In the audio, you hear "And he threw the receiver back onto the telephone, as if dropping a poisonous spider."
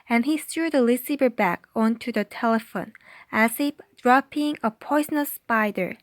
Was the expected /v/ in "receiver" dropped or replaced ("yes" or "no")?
yes